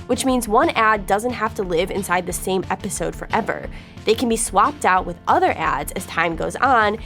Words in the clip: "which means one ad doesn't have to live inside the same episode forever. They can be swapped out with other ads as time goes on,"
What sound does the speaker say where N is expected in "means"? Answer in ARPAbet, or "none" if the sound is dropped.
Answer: N